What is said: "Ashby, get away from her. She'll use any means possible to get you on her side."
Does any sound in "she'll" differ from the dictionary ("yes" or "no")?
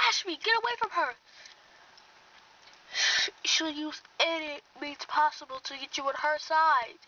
no